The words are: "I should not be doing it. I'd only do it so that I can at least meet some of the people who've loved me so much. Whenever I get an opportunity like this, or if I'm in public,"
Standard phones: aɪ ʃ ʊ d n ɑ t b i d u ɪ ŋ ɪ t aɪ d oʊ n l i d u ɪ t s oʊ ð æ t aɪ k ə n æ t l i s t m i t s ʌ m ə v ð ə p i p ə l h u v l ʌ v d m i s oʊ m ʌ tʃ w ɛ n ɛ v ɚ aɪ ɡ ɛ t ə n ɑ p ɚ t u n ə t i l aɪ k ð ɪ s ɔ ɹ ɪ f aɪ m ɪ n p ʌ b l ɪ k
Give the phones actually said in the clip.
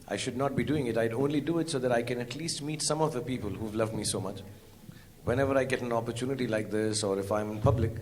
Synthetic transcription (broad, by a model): aɪ ʃ ʊ d n ɑ t b i d u ɪ ŋ ɪ t aɪ d oʊ n l i d u ɪ t s oʊ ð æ t aɪ k ə n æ t l i s t m i t s ʌ m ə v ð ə p i p ə l h u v l ʌ v d m i s oʊ m ʌ tʃ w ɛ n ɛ v ɚ aɪ ɡ ɛ t ə n ɑ p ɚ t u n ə t i l aɪ k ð ɪ s ɔ ɹ ɪ f aɪ m ɪ n p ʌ b l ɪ k